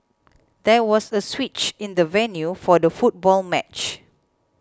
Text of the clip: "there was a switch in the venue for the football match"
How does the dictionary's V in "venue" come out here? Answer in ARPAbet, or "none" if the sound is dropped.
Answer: V